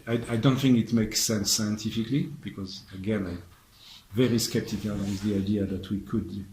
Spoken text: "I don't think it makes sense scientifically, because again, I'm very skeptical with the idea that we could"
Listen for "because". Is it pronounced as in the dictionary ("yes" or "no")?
yes